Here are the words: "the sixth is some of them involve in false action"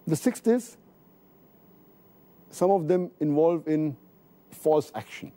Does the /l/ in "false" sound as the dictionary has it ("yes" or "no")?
yes